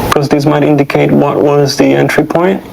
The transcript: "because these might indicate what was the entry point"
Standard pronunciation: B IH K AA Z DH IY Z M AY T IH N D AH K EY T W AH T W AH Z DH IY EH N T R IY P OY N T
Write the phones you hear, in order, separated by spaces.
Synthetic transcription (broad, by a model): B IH K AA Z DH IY S M AY T IH N D AH K EY T W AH T W AH Z DH IY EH N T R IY P OY N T